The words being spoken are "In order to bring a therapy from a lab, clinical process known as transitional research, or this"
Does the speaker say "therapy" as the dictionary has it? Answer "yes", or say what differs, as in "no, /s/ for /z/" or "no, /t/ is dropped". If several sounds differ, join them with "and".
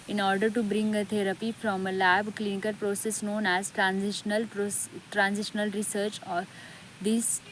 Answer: no, /t/ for /θ/